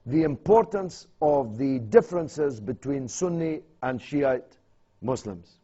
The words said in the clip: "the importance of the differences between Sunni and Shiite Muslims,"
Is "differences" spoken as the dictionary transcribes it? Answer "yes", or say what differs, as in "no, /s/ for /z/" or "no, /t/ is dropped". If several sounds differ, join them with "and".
yes